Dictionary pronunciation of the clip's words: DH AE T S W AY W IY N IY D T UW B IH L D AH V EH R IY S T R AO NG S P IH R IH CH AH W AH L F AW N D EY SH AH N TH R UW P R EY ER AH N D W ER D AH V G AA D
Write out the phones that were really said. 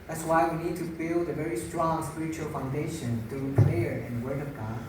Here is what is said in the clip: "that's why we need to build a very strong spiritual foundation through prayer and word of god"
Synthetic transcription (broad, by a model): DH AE T S W AY W IY N IY D T UW B IH L D AH V EH R IY S T R AO NG S P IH R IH CH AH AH L F AW N D EY SH AH N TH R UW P L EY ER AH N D W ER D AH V G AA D